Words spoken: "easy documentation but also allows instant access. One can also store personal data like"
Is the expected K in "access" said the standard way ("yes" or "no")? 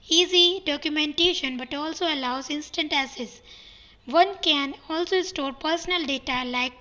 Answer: no